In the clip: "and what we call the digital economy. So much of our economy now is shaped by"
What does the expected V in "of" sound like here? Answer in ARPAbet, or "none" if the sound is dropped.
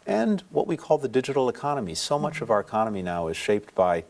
V